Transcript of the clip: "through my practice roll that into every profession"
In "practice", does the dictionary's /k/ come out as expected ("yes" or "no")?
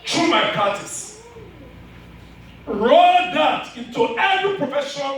no